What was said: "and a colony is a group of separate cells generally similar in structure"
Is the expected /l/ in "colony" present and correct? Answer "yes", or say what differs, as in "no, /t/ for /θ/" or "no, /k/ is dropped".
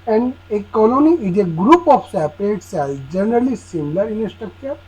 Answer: yes